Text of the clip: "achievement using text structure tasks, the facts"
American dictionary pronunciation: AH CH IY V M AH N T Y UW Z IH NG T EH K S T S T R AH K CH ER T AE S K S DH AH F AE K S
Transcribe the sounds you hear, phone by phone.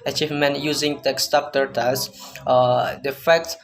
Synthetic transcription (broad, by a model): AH CH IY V M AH N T Y UW Z IH NG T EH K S S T AH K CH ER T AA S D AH F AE K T